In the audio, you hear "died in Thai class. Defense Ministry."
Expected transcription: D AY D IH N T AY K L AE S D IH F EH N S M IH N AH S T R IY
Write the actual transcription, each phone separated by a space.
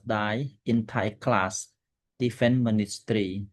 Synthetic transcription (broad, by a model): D AY IH N T AY K L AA S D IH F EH N M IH N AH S T R IY